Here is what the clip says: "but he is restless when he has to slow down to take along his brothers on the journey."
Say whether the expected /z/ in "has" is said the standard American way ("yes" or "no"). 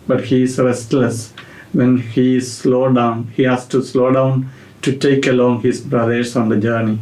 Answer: no